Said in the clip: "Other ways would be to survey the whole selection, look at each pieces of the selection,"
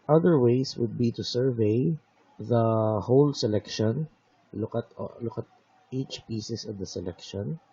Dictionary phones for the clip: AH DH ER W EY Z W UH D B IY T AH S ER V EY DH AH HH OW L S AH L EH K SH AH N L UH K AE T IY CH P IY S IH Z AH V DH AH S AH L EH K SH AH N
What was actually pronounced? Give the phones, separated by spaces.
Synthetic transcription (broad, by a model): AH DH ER W EY S W UH D B IY T AH S ER V EY DH AH HH OW L S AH L EH K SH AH N L UH K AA T IY CH P IY S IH S AH V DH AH S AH L EH K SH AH N